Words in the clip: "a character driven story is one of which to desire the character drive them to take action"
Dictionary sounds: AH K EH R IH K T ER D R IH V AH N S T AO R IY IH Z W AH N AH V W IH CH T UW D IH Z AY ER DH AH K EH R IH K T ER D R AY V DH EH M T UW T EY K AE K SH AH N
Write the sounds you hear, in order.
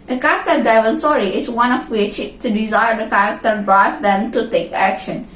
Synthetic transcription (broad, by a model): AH K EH R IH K T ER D EH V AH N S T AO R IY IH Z W AH N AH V W IH CH T UW D IH Z AY ER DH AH K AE R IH K T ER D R AY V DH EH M T UW T EY K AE K SH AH N